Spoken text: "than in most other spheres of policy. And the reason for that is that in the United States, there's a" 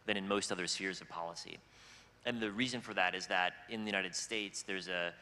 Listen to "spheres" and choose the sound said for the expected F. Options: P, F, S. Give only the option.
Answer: F